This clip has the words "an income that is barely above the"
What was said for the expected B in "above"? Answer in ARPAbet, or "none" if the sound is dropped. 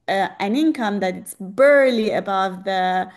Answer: B